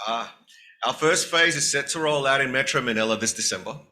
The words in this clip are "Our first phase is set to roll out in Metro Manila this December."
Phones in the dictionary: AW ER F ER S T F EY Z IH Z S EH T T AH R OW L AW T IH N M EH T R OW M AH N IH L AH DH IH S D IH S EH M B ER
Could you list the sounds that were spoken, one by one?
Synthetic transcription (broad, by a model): AW ER F ER S T F EY Z IH Z S EH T T AH R OW L AW T IH N M EH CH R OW M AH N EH L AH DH IH S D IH S EH M B ER